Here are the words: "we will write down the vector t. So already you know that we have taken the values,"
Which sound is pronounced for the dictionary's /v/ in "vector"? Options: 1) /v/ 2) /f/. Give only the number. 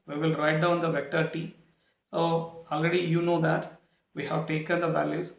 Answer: 1